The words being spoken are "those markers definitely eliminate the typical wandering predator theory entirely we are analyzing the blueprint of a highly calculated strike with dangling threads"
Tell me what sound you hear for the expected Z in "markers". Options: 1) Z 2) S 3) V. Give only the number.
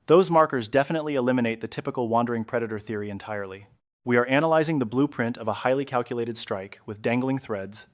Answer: 1